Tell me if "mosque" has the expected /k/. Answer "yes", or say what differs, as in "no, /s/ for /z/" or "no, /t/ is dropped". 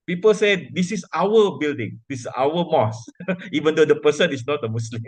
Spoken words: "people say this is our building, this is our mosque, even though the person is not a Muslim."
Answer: no, /k/ is dropped